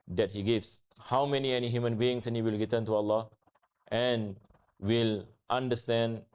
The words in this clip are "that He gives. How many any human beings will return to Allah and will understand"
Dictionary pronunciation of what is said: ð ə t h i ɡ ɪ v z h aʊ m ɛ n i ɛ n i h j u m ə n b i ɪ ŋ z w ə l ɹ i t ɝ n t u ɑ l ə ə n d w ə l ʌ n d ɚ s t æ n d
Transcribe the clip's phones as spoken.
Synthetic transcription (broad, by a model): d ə t h i ɡ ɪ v s h aʊ m ɛ n i ɛ n i h j u m ə n b i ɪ ŋ s w ə l ɹ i t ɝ n t u ɑ l ə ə n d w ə l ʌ n d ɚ s t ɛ n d